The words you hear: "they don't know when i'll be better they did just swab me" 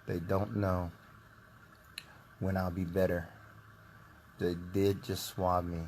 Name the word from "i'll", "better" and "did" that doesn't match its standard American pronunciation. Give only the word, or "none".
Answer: none